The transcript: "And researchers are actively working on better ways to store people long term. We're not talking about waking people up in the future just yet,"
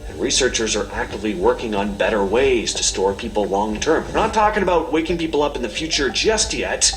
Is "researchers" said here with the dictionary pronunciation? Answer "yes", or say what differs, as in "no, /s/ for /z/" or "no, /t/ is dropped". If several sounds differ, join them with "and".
yes